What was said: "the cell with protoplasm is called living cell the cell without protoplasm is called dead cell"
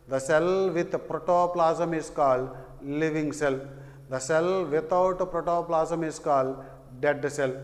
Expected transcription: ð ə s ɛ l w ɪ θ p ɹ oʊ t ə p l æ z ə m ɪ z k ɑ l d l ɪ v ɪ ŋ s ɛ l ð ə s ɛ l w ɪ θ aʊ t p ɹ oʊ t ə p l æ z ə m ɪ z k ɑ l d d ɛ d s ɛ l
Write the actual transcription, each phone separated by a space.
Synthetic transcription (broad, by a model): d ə s ɛ l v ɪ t p ɹ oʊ t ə p l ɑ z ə m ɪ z k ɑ l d l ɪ v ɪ ŋ s ɛ l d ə s ɛ l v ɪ t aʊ t p ɹ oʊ t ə p l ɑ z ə m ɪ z k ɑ l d d ɛ d s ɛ l